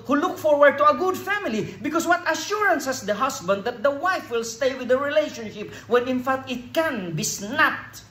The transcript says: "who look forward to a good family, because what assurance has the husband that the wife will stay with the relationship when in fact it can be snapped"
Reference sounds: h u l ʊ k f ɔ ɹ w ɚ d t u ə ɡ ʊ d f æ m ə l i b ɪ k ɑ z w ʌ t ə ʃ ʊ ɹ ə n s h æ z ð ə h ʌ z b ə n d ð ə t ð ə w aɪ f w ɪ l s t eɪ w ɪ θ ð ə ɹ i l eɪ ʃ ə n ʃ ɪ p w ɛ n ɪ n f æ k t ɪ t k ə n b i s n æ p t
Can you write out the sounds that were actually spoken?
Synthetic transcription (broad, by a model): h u l ʊ k f ɔ ɹ w ɚ d t u ə ɡ ʊ d f æ m ə l i b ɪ k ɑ s w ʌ t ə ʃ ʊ ɹ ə n s h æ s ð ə h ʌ s b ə n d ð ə t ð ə w aɪ f w ɪ l s t eɪ w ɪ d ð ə ɹ i l eɪ ʃ ə n ʃ ɪ p w ɛ n ɪ n f æ k t ɪ t k ə n b i s n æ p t